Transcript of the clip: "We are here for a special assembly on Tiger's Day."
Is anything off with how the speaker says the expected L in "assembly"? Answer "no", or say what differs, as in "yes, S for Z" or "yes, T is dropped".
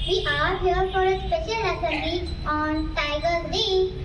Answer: yes, L is dropped